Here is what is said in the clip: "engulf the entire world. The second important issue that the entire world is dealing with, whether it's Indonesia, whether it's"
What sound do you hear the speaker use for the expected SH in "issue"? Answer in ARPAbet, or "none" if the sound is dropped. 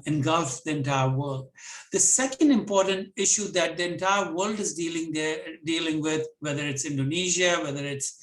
SH